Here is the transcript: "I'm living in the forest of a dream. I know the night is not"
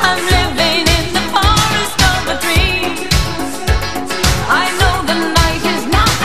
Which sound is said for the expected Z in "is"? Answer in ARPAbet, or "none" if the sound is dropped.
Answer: Z